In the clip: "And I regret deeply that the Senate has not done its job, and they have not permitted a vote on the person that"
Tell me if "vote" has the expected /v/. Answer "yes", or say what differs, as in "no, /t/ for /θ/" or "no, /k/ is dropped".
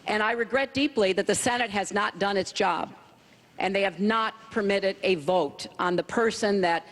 yes